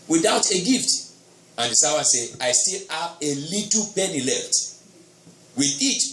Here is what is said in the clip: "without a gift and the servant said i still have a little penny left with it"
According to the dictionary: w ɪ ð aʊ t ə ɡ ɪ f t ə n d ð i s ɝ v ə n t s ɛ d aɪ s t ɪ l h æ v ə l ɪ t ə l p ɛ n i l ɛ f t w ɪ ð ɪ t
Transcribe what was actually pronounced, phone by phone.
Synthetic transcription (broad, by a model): w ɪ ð aʊ t ə ɡ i f t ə n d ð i s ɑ w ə s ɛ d aɪ s t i l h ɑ v ə l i t l p ɛ n i l ɛ f t w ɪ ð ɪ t